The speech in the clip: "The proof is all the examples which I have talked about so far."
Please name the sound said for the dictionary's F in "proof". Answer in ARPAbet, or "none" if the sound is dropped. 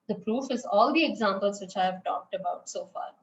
F